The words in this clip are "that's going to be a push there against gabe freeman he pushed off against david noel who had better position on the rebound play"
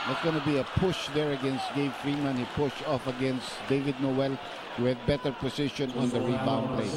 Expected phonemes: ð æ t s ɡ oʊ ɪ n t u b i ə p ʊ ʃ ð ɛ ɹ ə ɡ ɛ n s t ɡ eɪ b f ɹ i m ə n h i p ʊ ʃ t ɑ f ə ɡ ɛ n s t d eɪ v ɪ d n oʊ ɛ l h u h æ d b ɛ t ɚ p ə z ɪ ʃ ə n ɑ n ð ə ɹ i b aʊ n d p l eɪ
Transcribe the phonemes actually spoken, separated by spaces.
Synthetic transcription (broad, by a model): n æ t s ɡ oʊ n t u b i ə p ʊ ʃ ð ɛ ɹ ə ɡ ɛ n s t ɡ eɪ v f ɹ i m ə n h i p ʊ ʃ t ɑ f ə ɡ ɛ n s t d eɪ v ɪ d n oʊ ɛ l h u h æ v b ɛ t ɚ p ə s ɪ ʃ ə n ɑ n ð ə ɹ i b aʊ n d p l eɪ